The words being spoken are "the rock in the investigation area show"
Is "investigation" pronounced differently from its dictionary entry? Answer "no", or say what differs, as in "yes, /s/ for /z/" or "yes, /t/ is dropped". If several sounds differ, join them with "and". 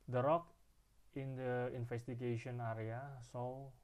yes, /f/ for /v/